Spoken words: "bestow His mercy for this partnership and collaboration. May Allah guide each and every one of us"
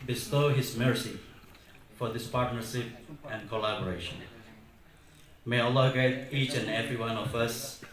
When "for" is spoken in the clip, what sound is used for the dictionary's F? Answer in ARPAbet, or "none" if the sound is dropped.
F